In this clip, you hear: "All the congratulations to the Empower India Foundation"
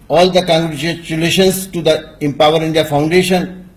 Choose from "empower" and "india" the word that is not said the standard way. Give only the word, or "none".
none